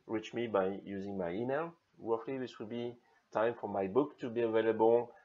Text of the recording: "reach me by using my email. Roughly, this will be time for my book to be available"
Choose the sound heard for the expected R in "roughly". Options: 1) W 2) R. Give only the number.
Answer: 1